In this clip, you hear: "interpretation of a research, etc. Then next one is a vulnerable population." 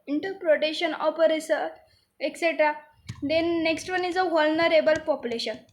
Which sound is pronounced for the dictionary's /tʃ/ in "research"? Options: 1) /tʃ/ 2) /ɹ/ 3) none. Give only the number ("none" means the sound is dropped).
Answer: 3